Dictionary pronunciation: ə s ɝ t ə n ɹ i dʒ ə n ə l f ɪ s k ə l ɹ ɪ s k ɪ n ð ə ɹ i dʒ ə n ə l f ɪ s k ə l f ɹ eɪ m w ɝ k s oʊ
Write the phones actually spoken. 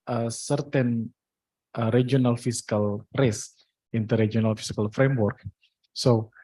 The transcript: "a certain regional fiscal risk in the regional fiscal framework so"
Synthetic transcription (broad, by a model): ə s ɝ t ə n ɹ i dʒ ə n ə l f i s k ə l ɹ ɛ s ɪ n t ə ɹ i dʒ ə n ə l f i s k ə l f ɹ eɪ m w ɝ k s oʊ